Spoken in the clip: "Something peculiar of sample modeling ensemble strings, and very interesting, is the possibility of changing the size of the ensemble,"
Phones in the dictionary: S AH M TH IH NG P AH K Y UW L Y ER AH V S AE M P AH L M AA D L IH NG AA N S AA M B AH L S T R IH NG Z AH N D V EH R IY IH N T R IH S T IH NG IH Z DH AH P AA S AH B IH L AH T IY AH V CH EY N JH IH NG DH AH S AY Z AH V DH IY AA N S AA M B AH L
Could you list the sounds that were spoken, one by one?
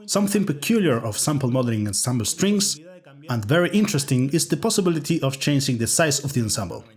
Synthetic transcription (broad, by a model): S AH M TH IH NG P AH K Y UW L Y ER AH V S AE M P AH L M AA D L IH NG AA N S AA M B AH L S T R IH NG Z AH N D V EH R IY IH N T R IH S T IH NG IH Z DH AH P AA S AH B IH L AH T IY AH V CH EY N JH IH NG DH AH S AY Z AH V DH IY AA N S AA M B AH L